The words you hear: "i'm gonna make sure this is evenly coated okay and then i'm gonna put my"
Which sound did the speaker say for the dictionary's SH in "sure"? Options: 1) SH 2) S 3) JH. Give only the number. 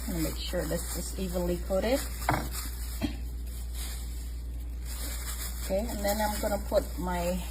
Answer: 1